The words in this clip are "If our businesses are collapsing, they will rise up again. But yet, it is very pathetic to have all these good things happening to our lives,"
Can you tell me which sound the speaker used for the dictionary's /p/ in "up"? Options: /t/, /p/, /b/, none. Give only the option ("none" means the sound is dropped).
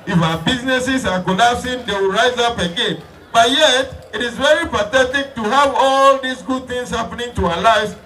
/p/